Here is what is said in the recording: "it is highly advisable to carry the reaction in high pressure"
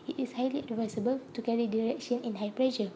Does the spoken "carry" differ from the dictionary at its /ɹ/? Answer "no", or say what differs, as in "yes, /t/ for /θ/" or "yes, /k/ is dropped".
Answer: no